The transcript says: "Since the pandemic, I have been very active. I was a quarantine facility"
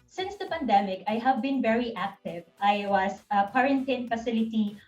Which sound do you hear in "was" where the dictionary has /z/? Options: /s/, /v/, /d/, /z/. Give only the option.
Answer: /s/